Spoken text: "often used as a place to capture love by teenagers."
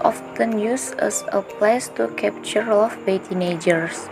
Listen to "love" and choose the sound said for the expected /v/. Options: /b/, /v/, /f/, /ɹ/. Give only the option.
/f/